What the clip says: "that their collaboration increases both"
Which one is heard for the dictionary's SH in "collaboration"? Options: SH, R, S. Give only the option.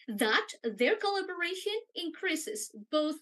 SH